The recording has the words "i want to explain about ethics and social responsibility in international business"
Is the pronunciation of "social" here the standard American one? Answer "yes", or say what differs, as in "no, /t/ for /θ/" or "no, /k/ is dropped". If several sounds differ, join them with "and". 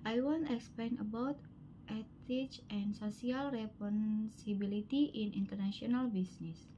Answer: no, /s/ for /ʃ/